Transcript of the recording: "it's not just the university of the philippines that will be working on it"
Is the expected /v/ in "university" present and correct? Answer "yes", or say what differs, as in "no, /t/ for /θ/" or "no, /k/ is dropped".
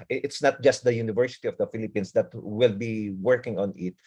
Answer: yes